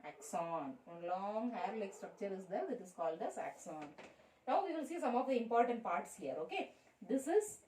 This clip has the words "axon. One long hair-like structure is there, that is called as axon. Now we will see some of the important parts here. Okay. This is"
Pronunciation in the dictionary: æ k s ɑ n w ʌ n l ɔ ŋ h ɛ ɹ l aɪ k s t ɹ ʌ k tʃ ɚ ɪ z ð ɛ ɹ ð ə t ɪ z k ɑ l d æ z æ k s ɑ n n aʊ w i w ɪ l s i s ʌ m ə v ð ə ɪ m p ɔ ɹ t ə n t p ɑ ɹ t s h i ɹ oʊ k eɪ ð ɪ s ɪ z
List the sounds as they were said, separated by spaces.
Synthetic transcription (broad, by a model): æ k s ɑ n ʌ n l ɔ ŋ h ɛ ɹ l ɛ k s t ɹ ʌ k tʃ ɚ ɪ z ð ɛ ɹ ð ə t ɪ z k ɑ l d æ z æ k s ɑ n n aʊ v i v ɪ l s i s ʌ m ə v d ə ɪ m p ɔ ɹ t ə n t p ɑ ɹ t s h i ɹ oʊ k eɪ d ɪ s ɪ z